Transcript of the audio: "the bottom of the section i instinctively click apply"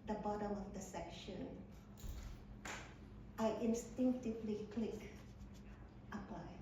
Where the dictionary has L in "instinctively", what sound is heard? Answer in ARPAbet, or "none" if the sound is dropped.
L